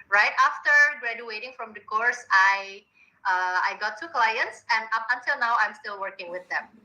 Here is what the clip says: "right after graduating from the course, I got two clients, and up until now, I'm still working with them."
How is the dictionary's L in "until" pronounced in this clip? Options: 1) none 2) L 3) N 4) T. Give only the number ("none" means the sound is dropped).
2